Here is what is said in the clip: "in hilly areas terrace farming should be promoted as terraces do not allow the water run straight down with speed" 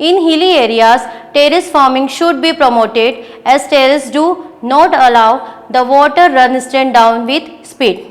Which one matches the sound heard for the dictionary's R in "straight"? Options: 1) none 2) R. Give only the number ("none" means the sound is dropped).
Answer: 1